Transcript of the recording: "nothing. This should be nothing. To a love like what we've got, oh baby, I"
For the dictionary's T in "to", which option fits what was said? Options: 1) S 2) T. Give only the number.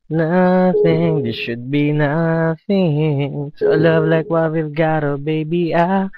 1